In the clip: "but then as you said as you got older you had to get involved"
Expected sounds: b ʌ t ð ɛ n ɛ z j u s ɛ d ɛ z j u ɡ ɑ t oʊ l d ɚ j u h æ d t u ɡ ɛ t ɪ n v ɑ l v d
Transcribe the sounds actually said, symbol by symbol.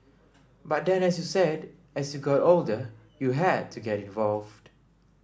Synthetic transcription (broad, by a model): b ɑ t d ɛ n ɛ s j u s ɛ d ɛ s j u ɡ ɑ t oʊ l d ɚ j u h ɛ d t u ɡ ɛ t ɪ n v ɑ l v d